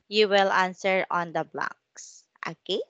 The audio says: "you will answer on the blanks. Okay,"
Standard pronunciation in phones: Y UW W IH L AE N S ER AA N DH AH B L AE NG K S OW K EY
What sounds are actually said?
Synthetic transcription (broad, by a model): Y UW W IH L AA N S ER AA N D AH B L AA K S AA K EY